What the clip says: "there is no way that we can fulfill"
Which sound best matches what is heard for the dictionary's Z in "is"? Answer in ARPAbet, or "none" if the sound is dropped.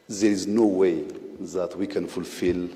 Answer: Z